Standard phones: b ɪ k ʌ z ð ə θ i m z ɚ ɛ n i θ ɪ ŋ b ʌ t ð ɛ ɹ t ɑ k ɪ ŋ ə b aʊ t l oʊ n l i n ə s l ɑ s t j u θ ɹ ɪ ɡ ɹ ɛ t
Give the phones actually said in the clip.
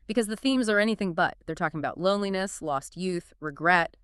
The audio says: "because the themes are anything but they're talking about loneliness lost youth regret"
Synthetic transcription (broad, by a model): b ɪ k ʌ z ð ə θ i m z ɚ ɛ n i θ ɪ ŋ b ʌ t ð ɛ ɹ t ɑ k ɪ ŋ ə b aʊ t l oʊ n l i n ə s l ɑ s t j u θ ɹ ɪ ɡ ɹ ɛ t